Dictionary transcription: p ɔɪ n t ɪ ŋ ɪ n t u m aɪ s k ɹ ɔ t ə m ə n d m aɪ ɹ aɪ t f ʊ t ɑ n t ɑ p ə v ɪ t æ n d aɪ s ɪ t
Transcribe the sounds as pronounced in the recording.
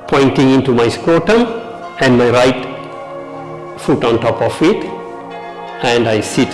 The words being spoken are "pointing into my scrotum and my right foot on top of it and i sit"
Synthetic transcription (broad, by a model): p ɔɪ n t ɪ ŋ ɪ n t u m aɪ s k w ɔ t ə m ə n d m aɪ ɹ aɪ t f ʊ t ɑ n t ɑ p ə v ɪ t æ n d aɪ s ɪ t